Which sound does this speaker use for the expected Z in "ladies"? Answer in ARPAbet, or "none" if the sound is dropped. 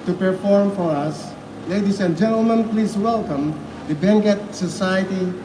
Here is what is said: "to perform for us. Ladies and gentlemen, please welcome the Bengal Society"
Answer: S